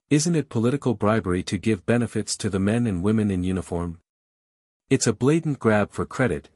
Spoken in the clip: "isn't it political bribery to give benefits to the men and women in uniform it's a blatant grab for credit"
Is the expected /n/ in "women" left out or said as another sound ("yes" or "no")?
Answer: no